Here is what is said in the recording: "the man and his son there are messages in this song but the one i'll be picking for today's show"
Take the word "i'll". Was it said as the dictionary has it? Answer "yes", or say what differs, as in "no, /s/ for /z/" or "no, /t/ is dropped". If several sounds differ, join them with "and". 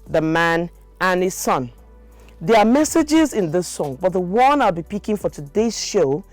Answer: yes